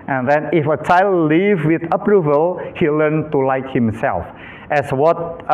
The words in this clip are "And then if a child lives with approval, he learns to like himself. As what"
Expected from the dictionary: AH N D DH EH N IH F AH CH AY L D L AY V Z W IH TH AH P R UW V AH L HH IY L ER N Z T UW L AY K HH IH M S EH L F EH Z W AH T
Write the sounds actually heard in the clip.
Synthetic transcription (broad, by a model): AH N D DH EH N IH F AH CH AY L D L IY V W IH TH AH P R UW V AH L HH IY L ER N T UW L AY K HH IH M S EH L F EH S W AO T